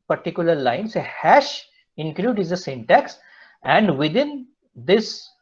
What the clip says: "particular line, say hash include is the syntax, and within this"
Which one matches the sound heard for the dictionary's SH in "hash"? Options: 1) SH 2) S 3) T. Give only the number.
1